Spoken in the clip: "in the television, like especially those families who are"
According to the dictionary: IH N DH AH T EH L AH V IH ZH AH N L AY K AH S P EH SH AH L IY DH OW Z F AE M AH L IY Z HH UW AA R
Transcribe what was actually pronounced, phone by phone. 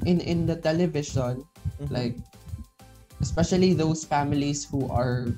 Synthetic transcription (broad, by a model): IH N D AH T EH L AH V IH SH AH N L AY K AH S P EH SH AH L IY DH OW S F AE M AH L IY S HH UW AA R